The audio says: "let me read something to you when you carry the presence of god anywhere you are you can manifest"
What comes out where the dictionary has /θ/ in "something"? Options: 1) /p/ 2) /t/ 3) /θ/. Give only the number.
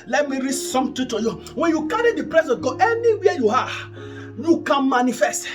2